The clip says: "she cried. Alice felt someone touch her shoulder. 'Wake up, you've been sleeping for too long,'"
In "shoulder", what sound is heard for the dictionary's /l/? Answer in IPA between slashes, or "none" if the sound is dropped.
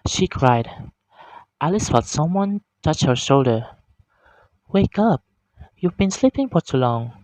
/l/